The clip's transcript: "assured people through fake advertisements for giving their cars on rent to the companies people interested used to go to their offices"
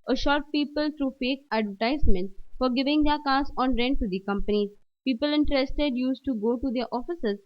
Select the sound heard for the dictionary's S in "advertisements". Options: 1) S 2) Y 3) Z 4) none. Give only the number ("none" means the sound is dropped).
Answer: 4